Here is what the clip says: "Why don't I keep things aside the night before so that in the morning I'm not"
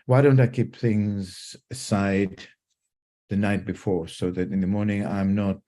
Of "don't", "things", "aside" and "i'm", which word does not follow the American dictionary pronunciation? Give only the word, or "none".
none